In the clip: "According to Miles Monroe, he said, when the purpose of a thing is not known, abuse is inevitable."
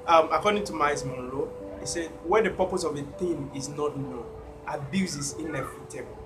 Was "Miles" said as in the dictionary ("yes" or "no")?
no